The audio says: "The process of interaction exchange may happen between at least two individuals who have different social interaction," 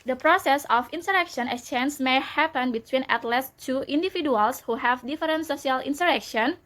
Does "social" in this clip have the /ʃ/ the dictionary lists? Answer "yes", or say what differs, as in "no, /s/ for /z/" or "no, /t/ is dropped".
no, /s/ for /ʃ/